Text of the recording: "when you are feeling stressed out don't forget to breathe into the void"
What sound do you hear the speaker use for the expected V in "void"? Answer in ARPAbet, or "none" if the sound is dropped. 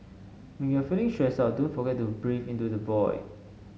B